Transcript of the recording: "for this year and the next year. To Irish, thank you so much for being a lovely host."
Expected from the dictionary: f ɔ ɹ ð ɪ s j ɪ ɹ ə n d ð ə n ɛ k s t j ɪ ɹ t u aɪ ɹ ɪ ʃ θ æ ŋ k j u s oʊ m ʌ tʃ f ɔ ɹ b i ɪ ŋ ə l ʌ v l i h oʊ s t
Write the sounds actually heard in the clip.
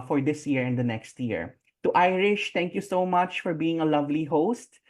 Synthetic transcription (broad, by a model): f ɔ ɹ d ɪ s j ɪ ɹ ə n d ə n ɛ k s t j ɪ ɹ t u aɪ ɹ ɪ ʃ t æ ŋ k j u s oʊ m ʌ tʃ f ɔ ɹ b i ɪ ŋ ə l ʌ v l i h oʊ s t